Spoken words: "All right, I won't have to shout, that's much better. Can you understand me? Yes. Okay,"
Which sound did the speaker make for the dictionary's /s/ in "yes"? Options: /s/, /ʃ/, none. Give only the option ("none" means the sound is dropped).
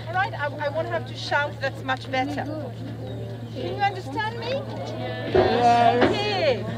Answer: none